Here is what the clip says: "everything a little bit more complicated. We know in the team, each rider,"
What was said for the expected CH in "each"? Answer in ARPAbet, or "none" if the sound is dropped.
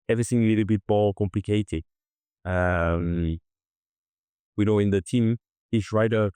S